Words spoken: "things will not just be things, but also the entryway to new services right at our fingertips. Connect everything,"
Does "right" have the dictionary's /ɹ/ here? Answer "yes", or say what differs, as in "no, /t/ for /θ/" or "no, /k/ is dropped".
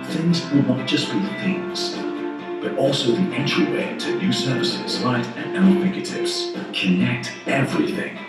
no, /l/ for /ɹ/